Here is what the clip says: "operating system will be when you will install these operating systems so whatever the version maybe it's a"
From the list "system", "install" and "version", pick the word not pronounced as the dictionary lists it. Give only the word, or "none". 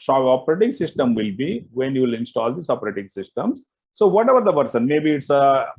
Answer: version